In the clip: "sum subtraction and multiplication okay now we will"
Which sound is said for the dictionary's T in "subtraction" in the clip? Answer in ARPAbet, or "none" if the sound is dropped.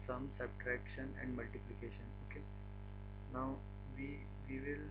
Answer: T